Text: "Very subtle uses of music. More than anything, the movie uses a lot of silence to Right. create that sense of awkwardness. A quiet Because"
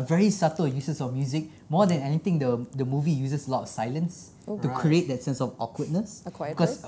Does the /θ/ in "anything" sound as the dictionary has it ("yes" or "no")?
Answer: no